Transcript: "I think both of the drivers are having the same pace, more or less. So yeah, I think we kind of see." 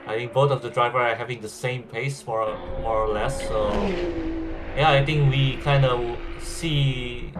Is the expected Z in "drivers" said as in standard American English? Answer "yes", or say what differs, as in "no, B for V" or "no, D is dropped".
no, Z is dropped